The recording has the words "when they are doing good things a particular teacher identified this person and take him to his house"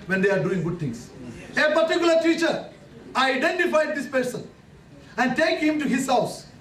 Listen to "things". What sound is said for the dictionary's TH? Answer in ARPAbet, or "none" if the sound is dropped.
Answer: T